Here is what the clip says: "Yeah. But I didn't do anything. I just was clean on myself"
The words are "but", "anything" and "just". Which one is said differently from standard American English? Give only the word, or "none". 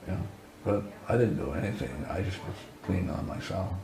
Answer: none